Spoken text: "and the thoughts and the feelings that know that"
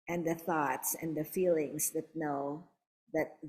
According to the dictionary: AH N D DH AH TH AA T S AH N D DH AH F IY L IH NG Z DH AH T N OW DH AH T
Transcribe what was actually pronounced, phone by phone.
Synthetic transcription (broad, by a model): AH N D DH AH TH AA T S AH N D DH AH F IY L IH NG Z DH AH T N OW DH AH T